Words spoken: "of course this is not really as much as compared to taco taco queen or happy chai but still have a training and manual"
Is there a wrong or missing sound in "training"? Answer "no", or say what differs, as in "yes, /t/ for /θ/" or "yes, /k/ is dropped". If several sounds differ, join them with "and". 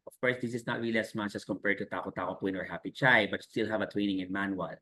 yes, /w/ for /ɹ/